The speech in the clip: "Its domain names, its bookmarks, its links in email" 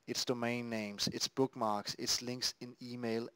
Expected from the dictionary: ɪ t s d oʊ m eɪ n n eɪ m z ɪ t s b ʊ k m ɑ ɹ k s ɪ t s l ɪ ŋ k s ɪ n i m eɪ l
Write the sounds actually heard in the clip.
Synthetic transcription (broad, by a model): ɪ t s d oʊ m eɪ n n eɪ m s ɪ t s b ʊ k m ɑ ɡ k s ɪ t s l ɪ ŋ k s ɪ n i m eɪ l